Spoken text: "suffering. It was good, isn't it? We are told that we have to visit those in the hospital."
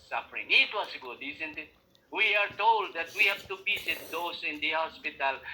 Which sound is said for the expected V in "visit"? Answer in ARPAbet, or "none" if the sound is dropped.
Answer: B